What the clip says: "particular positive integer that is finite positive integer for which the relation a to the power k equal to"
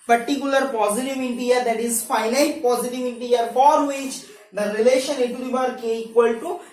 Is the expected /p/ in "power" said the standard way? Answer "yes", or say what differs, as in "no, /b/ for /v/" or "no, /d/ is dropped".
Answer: no, /b/ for /p/